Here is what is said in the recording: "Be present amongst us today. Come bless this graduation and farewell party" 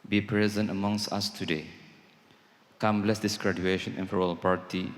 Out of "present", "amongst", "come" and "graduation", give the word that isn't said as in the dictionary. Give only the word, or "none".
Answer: none